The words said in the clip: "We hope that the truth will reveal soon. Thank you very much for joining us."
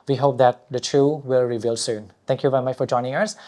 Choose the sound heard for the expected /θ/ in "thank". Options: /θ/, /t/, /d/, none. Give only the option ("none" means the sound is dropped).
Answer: /t/